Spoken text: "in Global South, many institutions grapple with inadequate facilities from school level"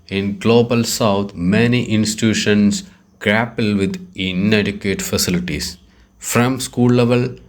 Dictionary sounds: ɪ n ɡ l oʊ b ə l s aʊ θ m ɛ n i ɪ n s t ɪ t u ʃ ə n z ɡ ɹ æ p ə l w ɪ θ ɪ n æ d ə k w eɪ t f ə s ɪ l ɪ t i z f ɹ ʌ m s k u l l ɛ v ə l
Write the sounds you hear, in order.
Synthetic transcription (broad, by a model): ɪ n ɡ l oʊ b ə l s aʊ t m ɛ n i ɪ n s t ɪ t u ʃ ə n s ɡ ɹ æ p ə l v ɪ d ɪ n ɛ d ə k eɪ t f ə s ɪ l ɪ t i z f ɹ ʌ m s k u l l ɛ v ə l